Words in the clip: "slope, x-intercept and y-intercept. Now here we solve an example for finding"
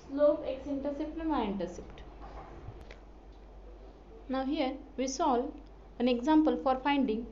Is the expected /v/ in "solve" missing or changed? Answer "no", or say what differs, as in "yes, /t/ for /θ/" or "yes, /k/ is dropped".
yes, /v/ is dropped